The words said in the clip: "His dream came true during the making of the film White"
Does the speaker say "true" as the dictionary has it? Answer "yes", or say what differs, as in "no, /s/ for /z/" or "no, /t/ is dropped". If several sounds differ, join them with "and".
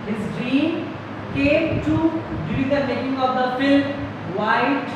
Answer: no, /ɹ/ is dropped